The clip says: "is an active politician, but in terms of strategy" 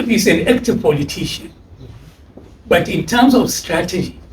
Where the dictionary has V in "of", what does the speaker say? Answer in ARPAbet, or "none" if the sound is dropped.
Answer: F